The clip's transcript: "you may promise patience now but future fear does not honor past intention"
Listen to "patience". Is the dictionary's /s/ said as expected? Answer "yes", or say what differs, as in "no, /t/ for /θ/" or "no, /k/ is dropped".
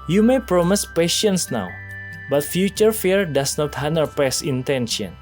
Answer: yes